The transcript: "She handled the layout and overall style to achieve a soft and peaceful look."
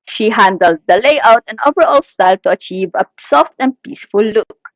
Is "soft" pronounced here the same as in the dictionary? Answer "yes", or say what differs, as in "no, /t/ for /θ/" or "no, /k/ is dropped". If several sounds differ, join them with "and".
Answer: yes